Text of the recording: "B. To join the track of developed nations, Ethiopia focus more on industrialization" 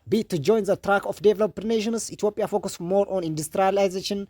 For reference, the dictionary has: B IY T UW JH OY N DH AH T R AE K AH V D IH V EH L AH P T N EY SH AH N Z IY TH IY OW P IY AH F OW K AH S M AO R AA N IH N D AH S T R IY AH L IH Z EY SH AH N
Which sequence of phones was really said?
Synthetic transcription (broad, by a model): B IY T UW JH OY N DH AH T R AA K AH F D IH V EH L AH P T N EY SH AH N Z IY T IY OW P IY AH F OW K AH S M AO R AA N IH N D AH S T R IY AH L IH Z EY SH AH N